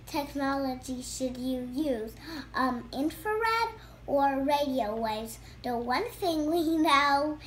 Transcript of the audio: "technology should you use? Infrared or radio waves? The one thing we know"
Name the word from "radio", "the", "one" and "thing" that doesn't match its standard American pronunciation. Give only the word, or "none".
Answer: none